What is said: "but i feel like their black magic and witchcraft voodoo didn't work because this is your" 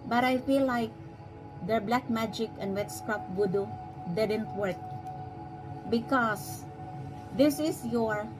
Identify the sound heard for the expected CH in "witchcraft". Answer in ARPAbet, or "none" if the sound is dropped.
S